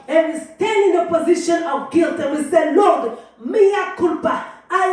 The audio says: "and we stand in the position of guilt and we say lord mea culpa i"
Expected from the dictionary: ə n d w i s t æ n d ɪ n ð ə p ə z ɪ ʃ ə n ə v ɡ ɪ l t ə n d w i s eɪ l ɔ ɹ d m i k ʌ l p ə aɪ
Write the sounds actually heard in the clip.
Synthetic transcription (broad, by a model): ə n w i s t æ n d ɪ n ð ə p ə z ɪ ʃ ə n ə v ɡ ɪ l t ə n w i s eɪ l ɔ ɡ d m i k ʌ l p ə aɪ